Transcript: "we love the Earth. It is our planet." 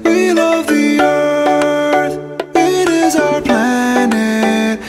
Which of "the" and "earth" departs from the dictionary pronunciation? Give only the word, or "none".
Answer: none